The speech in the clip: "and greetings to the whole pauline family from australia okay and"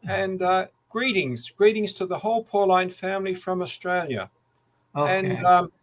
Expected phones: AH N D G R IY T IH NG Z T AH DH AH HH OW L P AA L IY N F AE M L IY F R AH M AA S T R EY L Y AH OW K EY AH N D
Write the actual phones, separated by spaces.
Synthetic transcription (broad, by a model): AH N D G R IY T IH NG Z T AH DH AH HH OW L P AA L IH N F AE M L IY F R AH M AA S T R EY L Y AH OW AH N